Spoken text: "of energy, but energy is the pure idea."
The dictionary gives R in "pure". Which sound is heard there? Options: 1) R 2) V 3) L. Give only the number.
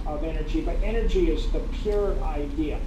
1